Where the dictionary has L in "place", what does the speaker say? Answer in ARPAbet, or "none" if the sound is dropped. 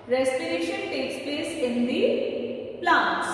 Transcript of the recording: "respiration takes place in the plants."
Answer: none